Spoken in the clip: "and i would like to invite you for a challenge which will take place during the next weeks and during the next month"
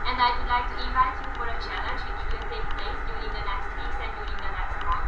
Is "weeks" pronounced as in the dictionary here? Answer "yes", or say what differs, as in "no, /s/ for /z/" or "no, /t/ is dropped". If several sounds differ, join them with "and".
no, /k/ is dropped